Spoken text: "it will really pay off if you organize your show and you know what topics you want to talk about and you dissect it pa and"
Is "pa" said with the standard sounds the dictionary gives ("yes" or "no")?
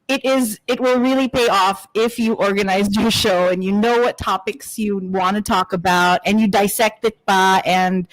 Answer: no